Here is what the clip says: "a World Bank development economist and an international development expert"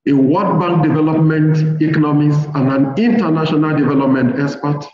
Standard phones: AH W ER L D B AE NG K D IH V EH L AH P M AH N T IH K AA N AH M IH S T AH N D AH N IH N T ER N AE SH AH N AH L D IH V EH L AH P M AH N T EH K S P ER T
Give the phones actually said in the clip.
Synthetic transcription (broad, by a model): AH W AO D B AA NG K D IH V EH L AH P M AH N T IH K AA N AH M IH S AH N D AH N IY N T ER N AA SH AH N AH L D IH V EH L AH P M AH N T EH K S P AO T